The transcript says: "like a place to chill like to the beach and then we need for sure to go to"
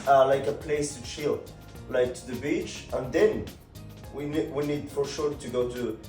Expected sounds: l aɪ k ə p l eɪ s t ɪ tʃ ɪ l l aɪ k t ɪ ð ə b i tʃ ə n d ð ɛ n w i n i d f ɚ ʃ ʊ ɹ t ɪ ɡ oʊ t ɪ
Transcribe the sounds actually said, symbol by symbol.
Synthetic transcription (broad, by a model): l aɪ k ə p l eɪ s t ɪ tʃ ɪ l l aɪ k t ɪ ð ə b i tʃ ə n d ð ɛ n w i n i d f ɚ ʃ ʊ ɹ t ɪ ɡ oʊ t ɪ